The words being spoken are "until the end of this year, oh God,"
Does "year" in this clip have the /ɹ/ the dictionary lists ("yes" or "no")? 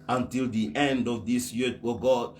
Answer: no